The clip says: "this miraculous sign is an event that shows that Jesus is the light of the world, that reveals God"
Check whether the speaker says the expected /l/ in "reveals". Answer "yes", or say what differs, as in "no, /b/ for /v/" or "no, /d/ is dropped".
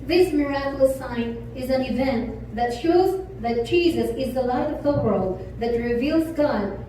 yes